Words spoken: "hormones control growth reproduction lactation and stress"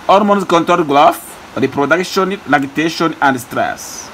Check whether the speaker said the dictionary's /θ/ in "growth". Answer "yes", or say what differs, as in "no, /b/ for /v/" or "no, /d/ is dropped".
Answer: no, /f/ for /θ/